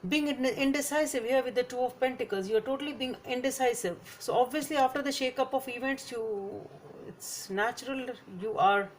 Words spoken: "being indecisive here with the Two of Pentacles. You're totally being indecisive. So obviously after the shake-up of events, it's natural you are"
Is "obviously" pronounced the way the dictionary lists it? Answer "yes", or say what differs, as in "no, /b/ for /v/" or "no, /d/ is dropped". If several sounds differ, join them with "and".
yes